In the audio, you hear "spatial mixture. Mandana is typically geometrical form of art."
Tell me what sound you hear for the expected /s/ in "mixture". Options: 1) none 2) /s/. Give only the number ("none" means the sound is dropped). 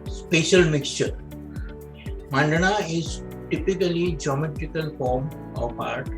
2